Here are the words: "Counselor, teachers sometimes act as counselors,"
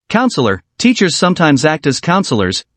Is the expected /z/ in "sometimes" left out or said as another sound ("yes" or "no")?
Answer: no